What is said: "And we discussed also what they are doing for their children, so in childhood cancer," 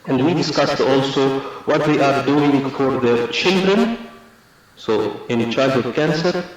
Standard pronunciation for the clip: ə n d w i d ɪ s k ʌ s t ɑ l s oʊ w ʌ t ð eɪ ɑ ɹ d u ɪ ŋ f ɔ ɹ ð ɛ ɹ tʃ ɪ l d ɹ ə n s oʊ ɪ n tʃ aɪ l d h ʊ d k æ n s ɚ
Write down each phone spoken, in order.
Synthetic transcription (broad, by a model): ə n d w i d ɪ s k ʌ s t ɑ l s oʊ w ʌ t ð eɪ ɑ ɹ d u ɪ ŋ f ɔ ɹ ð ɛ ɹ tʃ ɪ l d ɹ ə n s oʊ ɪ n tʃ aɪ d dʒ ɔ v k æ n s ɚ